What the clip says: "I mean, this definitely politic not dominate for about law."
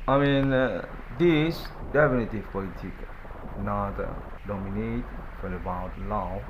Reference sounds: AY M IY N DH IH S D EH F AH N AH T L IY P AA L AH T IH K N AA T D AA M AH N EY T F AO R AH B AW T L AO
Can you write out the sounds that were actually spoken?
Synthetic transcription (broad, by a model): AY M IY N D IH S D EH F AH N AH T IY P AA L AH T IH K N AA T D AA M AH N EY T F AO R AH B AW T L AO